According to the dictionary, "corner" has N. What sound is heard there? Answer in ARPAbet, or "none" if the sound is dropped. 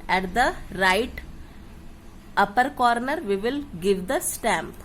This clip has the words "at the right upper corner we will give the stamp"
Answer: N